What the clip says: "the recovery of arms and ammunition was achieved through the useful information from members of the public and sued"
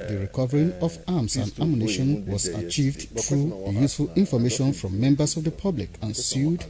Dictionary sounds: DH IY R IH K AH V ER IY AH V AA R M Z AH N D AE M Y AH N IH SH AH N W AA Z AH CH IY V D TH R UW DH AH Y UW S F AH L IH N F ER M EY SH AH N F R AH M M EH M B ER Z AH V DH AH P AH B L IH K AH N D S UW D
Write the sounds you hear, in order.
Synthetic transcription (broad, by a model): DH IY R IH K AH V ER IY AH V AA M S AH N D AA M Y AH N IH SH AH N W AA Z AH CH IY V D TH R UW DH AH Y UW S F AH L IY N F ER M EY SH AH N F R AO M M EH M B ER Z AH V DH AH P AH B L IH K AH N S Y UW D